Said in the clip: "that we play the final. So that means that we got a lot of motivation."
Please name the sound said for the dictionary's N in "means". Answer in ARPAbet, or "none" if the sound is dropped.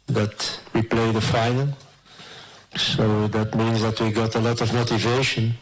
N